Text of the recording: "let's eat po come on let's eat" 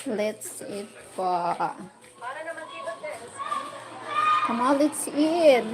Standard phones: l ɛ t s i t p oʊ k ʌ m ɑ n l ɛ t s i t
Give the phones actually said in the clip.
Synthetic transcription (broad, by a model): l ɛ t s i t f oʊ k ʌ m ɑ l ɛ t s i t